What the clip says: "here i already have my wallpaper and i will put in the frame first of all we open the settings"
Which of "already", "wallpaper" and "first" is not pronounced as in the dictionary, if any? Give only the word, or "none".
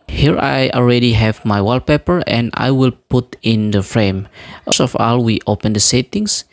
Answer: first